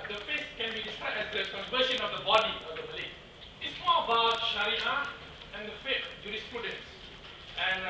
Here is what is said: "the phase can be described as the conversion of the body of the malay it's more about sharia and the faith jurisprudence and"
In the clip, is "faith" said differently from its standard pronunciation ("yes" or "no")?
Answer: yes